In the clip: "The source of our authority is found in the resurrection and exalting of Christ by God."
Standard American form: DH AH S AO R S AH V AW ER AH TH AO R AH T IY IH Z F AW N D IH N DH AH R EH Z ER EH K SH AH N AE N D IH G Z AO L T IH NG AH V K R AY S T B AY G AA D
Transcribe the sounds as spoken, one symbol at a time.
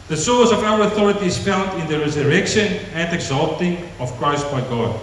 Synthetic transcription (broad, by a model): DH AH S AO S AH V AW ER AH TH AO R AH T IY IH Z F AW N D IH N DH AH R EH Z ER EH K SH AH N AE N D IH G Z AO L T IH NG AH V K R AY S T B AY G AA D